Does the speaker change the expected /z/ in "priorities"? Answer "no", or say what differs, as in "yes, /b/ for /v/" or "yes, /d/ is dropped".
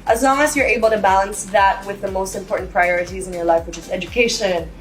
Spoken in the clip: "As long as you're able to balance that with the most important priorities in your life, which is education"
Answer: no